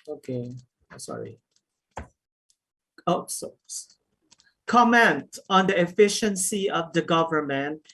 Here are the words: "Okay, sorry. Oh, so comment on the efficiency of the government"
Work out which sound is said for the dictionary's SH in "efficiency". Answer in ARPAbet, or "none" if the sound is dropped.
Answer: SH